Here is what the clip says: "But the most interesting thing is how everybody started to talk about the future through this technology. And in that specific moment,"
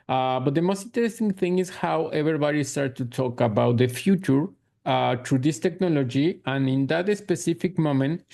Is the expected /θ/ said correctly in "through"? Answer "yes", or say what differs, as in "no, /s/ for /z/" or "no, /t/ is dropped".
no, /t/ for /θ/